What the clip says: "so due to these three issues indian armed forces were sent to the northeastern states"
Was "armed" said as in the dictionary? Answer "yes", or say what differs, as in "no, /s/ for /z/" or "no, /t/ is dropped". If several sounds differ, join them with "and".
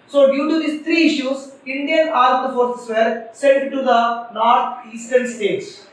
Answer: no, /m/ is dropped